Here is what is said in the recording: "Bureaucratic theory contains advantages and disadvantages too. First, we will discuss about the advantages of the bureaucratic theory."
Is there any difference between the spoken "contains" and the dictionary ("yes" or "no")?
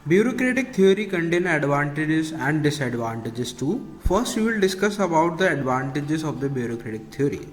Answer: yes